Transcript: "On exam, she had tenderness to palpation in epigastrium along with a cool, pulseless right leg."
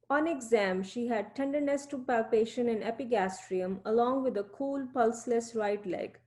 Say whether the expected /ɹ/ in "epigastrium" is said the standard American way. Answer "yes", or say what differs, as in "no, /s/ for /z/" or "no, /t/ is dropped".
yes